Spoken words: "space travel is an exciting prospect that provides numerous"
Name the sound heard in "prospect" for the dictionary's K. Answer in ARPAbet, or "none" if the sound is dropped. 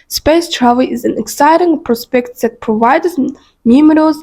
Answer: K